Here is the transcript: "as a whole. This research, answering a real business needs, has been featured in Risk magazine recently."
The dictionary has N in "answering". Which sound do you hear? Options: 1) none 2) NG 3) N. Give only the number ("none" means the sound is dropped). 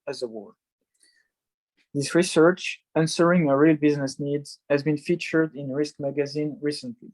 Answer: 3